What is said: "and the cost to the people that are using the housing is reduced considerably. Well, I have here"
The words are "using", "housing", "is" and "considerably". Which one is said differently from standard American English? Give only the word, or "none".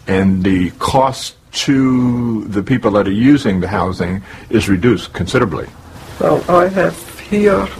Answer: none